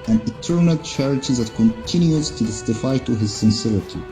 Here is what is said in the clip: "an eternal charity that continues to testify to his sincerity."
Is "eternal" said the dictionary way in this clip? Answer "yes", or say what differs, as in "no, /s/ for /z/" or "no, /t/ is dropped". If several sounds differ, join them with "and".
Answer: yes